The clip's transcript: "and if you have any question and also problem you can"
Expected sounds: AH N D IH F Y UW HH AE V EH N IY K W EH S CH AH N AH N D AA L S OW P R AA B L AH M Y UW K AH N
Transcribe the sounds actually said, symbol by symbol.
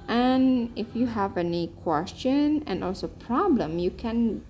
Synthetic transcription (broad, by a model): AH N IH F Y UW HH AE V EH N IY K W EH S CH AH N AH N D AA L S OW P R AA B L AH M Y UW K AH N